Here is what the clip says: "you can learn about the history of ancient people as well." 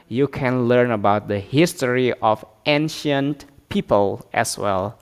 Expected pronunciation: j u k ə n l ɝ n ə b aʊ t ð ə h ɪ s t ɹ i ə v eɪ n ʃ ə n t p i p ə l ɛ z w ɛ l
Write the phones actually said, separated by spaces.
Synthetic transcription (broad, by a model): j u k ə n l ɝ n ə b aʊ t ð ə h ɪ s t ɹ i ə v eɪ n ʃ ə n t p i p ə l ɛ s w ɛ l